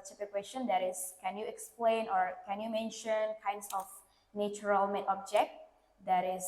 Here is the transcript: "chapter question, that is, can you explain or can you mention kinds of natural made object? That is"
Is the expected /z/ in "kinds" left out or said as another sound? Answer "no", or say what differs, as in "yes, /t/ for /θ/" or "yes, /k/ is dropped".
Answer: yes, /s/ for /z/